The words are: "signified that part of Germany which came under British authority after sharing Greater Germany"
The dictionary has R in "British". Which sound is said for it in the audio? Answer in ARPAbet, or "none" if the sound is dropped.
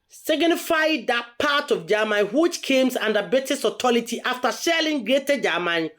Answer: none